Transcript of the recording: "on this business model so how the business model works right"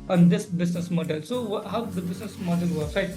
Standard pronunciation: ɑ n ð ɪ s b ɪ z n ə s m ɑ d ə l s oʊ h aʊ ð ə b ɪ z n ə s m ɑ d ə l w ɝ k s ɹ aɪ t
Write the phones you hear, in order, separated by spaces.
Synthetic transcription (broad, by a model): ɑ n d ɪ s b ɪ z n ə s m ɑ d ə l s oʊ h aʊ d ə b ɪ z n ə s m ɑ d ə l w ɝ s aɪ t